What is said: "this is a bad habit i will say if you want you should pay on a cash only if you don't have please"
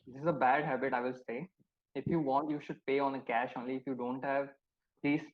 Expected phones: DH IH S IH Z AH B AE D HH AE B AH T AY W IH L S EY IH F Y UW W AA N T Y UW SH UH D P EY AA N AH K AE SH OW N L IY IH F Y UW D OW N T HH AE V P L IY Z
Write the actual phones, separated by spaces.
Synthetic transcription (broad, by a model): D IH S IH Z AH B AE D HH AE B AH T AY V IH L S EY IH F Y UW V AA N T Y UW SH UH D P EY AA N AH K AE SH OW N L IY IH F Y UW D OW N T HH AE V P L IY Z